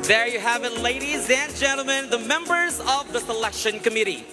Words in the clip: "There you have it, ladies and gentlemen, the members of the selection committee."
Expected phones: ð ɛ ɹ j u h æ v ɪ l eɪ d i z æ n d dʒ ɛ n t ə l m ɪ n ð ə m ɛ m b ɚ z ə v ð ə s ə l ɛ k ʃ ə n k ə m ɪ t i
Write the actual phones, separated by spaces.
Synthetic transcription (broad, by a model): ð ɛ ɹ j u h æ v ɪ l eɪ d i z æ n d dʒ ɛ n t l m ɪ n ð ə m ɛ m b ɚ z ə v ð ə s ə l ɛ k ʃ ə n k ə m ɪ t i